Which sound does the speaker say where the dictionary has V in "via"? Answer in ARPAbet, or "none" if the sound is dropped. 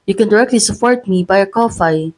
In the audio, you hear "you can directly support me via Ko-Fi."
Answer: B